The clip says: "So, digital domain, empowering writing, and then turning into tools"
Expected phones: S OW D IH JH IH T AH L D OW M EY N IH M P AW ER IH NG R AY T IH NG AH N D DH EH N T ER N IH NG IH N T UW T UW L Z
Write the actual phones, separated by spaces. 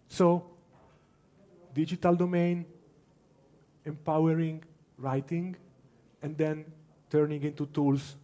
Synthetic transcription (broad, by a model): S OW D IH JH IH T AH L D OW M EY N IH M P AW ER IH NG R AY T IH NG AH N D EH N T ER N IH NG IH N T UW T UW L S